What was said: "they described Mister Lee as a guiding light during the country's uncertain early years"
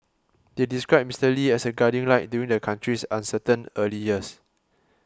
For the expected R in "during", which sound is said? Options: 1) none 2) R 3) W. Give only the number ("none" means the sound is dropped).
1